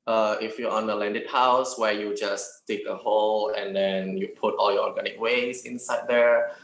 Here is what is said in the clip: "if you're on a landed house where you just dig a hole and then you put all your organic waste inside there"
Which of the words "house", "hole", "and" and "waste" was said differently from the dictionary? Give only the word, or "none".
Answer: waste